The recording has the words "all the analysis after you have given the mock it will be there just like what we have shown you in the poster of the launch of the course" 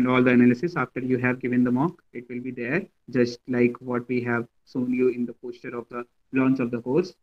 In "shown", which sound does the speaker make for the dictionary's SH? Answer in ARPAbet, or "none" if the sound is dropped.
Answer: S